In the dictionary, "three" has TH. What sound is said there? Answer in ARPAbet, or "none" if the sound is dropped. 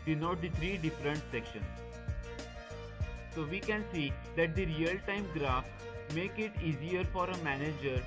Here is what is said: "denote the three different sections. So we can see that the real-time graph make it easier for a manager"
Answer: T